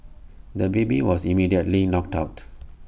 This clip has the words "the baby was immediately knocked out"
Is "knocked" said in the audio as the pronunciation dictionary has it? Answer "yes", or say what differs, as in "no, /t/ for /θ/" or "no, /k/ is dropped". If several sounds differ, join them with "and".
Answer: yes